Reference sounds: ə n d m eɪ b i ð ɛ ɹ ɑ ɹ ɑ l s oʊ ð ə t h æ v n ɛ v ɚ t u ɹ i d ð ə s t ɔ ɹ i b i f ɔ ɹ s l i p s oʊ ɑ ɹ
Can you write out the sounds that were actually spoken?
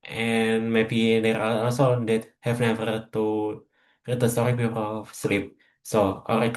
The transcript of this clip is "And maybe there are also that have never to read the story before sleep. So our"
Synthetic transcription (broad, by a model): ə n m eɪ b i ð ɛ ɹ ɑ l ɑ l s oʊ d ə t h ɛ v n ɛ v ɚ t u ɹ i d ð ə s t ɔ ɹ i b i p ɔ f s l i p s oʊ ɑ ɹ